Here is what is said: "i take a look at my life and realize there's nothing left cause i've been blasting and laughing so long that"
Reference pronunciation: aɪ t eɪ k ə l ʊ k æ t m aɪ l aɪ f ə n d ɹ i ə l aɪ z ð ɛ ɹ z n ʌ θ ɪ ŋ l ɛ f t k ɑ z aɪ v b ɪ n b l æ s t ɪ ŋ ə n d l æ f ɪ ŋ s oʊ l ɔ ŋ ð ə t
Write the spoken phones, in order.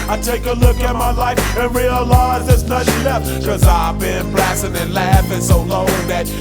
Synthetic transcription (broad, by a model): aɪ t eɪ k ə l ʊ k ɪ t m aɪ l aɪ f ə n ɹ i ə l aɪ z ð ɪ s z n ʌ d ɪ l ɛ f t k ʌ z aɪ v b ɪ n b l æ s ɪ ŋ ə n l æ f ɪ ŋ s oʊ l ɔ ŋ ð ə t